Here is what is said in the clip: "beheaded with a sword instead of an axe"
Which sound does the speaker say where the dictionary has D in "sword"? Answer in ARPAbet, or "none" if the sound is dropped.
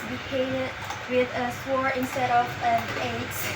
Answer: none